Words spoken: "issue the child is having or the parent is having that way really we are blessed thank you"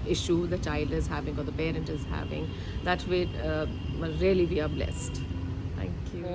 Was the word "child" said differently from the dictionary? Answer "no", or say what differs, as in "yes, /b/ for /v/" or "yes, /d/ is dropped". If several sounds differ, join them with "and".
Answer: no